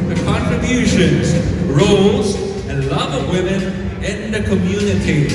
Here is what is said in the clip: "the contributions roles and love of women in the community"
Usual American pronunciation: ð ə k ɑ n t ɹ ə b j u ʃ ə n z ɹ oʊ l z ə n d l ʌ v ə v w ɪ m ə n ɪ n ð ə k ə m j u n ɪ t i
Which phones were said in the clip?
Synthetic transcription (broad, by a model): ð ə k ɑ n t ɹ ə b j u ʃ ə n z ɹ oʊ l z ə n l ʌ v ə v w ɪ m ə n ɪ n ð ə k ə m j u n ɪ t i